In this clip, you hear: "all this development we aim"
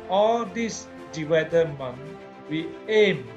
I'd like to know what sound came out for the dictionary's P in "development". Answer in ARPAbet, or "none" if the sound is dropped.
none